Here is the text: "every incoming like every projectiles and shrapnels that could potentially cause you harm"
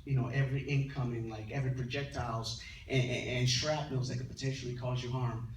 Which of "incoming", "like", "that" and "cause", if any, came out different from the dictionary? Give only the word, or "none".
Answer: none